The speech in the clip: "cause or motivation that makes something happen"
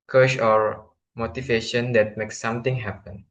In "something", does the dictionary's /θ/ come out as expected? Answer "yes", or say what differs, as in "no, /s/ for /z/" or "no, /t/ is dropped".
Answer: no, /t/ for /θ/